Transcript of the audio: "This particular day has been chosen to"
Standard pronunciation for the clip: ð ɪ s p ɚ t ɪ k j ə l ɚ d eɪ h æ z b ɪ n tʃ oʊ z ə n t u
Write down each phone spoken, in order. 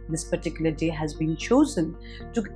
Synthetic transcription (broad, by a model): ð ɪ s p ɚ t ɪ k j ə l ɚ d eɪ h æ z b ɪ n tʃ oʊ z ə n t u